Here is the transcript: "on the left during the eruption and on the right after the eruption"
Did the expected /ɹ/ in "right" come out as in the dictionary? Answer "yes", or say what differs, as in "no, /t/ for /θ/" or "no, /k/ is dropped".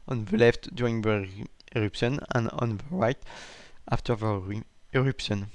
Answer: yes